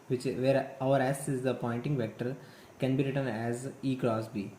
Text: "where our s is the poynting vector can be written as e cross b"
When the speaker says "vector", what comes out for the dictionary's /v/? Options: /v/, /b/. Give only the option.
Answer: /v/